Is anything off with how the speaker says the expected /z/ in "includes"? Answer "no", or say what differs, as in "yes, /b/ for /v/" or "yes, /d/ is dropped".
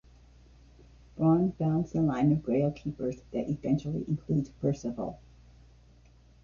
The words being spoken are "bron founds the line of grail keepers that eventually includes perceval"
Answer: yes, /z/ is dropped